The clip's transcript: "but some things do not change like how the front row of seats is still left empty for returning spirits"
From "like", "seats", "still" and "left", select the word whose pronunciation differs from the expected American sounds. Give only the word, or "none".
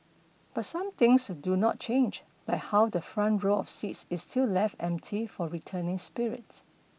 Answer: none